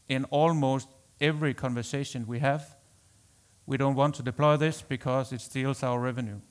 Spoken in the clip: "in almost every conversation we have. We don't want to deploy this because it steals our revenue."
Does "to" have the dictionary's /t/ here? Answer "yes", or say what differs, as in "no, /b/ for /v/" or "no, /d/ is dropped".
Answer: yes